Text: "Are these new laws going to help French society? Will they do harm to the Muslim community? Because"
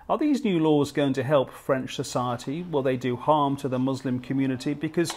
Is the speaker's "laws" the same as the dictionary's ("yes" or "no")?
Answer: yes